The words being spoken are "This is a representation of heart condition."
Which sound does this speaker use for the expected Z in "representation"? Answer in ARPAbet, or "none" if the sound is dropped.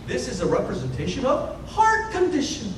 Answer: Z